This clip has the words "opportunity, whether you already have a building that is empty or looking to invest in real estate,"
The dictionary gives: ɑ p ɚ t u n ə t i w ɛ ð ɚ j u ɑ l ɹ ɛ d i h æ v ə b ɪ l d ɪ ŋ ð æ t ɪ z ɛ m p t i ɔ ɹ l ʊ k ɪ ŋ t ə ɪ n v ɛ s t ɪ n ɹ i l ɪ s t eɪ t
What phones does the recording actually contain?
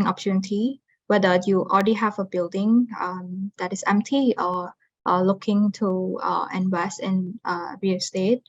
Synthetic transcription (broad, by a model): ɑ p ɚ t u n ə t i w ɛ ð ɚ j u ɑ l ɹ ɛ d i h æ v ə b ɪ l d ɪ ŋ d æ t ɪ s ɛ m p t i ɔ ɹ l ʊ k ɪ ŋ t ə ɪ n w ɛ s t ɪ n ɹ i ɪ s t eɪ t